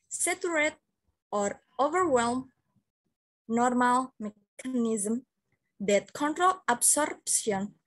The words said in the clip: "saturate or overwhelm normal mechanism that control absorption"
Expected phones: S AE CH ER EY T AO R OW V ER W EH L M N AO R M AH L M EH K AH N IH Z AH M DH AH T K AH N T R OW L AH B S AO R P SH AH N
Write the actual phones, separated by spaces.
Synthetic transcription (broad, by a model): S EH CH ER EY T AO R OW V ER W EH L M N AO R M AH L M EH K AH N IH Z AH M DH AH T K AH N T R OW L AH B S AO R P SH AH N